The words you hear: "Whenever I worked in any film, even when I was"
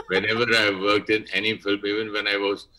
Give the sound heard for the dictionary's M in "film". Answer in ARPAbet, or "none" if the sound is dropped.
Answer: M